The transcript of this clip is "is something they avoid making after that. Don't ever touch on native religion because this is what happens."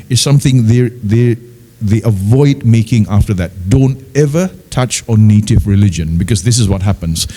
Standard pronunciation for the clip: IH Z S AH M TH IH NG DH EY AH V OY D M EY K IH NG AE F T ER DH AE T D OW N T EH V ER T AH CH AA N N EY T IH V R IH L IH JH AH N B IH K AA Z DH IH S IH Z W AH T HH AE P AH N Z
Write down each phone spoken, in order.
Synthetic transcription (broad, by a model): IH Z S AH M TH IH NG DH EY AH V OY D M EY K IH NG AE F T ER DH AE T D OW N T EH V ER T AH CH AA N N EY T IH V R IH L IH JH AH N B IH K AA Z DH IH S IH Z W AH T HH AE P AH N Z